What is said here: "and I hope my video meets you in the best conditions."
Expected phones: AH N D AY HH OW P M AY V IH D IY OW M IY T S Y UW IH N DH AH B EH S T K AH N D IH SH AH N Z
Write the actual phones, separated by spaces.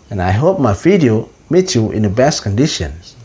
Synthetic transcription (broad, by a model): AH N AY HH OW P M AY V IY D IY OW M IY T Y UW IH N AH B EH S T K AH N D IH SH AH N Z